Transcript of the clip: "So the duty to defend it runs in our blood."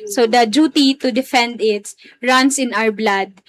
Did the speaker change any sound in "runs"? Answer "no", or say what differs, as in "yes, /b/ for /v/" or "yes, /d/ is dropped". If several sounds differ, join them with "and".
yes, /s/ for /z/